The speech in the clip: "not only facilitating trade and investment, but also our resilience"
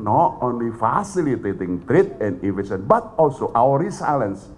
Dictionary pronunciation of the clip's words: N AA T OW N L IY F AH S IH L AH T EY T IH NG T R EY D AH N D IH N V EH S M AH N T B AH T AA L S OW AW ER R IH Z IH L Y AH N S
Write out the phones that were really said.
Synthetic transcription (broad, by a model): N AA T OW N L IY F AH S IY L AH T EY T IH NG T R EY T AH N D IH V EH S AH N B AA T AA L S OW AW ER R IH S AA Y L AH N S